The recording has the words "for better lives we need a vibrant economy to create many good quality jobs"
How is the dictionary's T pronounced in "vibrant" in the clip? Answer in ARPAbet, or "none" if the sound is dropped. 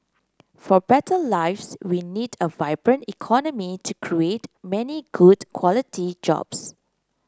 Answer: T